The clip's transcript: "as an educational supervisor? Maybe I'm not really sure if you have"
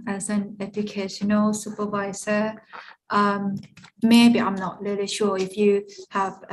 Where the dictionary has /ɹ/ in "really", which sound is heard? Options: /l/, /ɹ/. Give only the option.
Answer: /l/